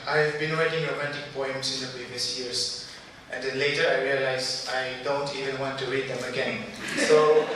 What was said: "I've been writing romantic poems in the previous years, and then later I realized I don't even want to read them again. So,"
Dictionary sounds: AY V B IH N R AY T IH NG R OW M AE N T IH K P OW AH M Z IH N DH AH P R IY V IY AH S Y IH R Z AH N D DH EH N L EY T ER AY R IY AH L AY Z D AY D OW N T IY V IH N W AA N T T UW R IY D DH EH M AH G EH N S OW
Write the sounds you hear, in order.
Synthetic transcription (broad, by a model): AY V B IH N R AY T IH NG R OW M AE N T IH K P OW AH M S IH N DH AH P R IY V IY AH S Y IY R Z AH N D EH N L EY T ER AY R IY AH L AY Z AY D OW N T IY V IH N W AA N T T UW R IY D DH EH M AH G EH N S OW